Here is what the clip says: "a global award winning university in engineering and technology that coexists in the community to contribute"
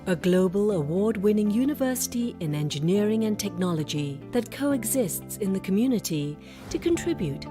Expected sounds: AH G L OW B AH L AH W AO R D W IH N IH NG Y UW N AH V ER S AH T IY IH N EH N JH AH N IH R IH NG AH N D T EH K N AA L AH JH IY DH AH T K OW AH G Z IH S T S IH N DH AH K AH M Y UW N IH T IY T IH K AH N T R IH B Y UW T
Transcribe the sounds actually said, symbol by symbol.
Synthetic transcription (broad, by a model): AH G L OW B AH L AH W AO R D W IH N IH NG Y UW N AH V ER S AH T IY IH N EH N JH AH N IH R IH NG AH N T EH K N AA L AH JH IY DH AH T K OW AH G Z IH S T S IH N DH AH K AH M Y UW N IH T IY T IH K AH N T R IH B Y UW T